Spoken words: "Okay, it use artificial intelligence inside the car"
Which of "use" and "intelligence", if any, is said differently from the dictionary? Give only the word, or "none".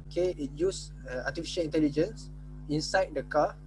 none